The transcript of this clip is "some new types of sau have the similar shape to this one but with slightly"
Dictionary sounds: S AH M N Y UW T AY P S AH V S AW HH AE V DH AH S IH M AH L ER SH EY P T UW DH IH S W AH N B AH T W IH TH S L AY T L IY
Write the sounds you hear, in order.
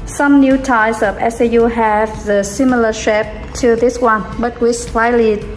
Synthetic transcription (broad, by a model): S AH M N Y UW T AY S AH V S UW HH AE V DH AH S IH M AH L ER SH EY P T UW DH IH S W AH N B AH T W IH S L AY L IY